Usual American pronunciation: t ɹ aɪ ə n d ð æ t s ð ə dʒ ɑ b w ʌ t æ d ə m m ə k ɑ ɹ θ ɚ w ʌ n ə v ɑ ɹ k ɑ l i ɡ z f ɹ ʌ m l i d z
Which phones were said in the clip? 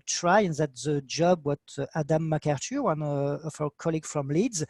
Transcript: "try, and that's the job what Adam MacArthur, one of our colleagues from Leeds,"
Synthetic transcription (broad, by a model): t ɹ aɪ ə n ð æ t ð ə dʒ ɑ b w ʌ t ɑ d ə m m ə k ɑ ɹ t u w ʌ n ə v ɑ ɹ k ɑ l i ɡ f ɹ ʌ m l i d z